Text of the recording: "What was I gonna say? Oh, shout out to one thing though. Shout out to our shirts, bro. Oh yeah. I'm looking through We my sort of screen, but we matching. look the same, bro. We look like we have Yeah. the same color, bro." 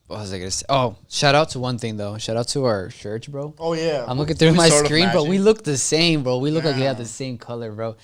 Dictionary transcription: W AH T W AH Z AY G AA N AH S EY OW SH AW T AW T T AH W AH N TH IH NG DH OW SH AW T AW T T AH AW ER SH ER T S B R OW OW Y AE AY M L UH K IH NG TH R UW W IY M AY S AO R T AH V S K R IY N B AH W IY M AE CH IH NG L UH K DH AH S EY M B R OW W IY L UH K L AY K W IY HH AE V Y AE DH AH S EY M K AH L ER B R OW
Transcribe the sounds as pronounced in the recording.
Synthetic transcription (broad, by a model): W W AH Z AY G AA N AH S EY OW SH AW T AW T T AH W AH N TH IH NG DH OW SH AW T AW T T AH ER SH ER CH B R OW OW Y AE AY M L UH K IH NG TH R UW M AY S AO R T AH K R IY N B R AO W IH L UH K DH AH S EY M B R OW W IY L UH K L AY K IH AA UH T DH AH S EY M K AH L ER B R OW